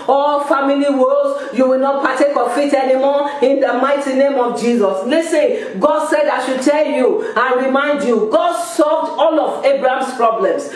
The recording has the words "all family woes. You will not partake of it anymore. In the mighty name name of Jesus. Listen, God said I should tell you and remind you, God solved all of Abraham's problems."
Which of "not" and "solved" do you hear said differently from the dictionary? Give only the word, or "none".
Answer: none